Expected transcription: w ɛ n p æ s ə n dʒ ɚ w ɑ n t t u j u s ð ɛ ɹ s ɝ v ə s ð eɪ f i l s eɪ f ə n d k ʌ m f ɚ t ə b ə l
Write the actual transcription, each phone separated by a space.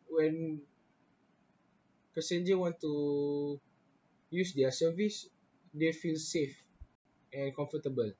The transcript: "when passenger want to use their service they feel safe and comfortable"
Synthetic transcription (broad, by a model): w ɛ n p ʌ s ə n dʒ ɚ w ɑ n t t u j u s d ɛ s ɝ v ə s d eɪ f i l s eɪ f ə n k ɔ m f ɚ t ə b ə l